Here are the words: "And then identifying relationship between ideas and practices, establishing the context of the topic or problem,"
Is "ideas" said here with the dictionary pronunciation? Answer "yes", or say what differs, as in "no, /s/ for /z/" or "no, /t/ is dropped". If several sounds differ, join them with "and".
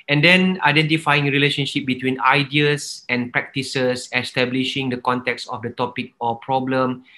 no, /s/ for /z/